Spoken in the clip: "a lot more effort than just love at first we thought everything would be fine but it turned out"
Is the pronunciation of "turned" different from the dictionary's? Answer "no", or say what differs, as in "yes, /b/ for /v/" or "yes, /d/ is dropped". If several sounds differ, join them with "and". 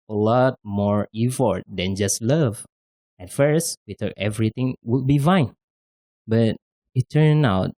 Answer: yes, /d/ is dropped